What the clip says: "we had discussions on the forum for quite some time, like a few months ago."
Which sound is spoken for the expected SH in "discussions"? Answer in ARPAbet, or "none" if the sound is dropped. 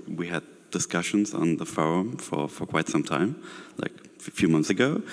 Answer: SH